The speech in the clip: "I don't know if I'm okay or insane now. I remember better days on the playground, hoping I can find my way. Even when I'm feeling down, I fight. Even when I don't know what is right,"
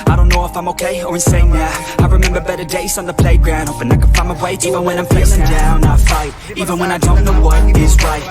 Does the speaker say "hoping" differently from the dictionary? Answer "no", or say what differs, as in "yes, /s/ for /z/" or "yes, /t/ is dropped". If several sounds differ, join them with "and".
yes, /f/ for /p/